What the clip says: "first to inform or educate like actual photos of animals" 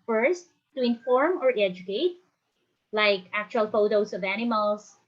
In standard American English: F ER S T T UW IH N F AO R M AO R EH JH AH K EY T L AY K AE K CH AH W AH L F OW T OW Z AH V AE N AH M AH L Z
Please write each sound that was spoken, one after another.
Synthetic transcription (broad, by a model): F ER S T T UW IH N F AO R M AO R EH JH AH K EY T L AY K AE K CH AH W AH L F OW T OW S AH V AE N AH M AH L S